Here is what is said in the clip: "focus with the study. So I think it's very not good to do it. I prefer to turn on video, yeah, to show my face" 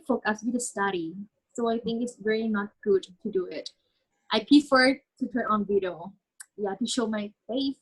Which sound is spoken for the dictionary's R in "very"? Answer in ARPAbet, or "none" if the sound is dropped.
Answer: L